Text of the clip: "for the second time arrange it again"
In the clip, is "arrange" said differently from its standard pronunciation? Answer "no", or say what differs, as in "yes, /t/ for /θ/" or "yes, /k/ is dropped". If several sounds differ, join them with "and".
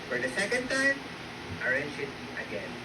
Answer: yes, /ʃ/ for /dʒ/